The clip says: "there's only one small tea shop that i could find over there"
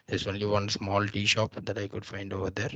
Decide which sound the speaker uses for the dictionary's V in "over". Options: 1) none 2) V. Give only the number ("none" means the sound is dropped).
2